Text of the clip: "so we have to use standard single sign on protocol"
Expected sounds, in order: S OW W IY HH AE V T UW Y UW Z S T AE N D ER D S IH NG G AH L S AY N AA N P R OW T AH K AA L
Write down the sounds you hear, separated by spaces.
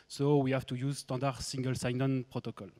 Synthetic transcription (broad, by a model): S OW W IY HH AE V T UW Y UW Z S T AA D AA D S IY NG G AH L S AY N AA N P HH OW T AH K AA L